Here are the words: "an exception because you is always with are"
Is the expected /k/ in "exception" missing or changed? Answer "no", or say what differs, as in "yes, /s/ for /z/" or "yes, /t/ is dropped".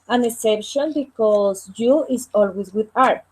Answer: yes, /k/ is dropped